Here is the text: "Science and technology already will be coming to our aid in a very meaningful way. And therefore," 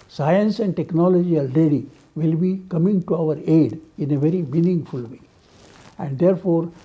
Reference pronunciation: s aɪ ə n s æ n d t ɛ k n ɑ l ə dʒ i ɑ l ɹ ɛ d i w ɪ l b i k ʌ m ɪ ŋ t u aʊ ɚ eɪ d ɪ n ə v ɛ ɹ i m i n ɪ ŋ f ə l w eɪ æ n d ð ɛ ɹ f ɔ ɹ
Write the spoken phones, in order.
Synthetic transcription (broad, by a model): s aɪ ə n s æ n d t ɛ k n ɑ l ə dʒ i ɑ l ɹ ɛ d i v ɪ l b i k ʌ m ɪ ŋ t u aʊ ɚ eɪ d ɪ n ə v ɛ ɹ i m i n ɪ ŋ f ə l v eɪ æ n d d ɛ ɹ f ɔ ɹ